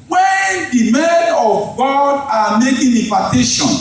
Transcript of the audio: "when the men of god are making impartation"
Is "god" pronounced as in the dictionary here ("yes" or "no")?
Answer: yes